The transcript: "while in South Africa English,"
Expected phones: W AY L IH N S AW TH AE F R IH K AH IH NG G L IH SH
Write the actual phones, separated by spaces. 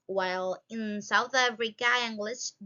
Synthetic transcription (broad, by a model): W AY L IH N S AW TH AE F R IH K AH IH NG G L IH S